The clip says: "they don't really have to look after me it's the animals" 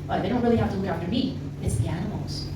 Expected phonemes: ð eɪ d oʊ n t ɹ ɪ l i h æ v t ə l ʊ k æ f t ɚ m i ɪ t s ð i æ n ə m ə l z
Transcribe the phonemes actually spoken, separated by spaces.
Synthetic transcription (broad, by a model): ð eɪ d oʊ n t ɹ ɪ l i h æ f t ə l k æ f t ɚ m i ɪ t s ð i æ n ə m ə l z